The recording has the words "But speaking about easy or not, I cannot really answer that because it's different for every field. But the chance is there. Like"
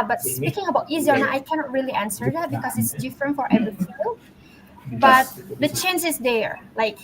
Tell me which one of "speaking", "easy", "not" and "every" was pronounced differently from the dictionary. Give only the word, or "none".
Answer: every